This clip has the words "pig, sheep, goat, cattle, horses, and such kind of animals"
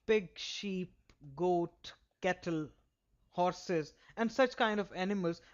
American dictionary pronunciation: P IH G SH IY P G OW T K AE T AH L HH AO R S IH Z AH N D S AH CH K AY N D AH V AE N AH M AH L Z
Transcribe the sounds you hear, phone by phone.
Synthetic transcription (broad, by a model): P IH G SH IY P G OW T K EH T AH L HH AO R S IH Z AH N D S AH CH K AY N D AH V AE N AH M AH L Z